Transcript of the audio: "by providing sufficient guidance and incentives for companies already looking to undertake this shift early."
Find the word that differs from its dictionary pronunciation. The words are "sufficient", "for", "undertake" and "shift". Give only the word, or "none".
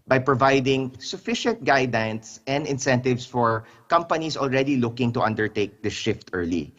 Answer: none